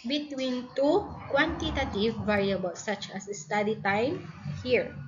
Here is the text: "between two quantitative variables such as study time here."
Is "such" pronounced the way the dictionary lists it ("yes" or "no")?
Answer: no